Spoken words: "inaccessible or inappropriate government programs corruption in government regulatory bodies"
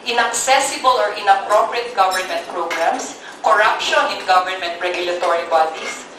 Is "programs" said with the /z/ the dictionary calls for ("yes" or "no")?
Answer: no